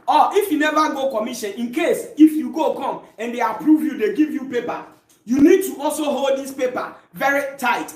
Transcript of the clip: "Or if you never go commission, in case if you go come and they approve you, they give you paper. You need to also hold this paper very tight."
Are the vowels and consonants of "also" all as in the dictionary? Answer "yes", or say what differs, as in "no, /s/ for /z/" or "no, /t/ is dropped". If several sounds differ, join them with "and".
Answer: yes